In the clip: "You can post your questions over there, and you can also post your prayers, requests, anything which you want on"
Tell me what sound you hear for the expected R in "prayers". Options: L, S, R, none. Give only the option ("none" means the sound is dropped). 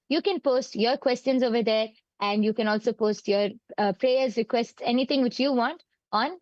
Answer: R